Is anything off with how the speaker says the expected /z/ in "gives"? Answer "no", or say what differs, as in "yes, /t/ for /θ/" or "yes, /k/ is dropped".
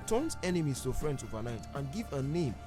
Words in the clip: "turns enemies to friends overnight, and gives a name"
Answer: yes, /z/ is dropped